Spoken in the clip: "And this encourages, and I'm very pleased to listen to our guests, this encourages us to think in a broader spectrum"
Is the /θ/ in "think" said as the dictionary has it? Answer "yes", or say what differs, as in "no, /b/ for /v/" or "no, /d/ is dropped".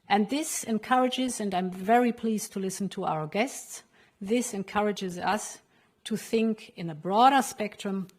yes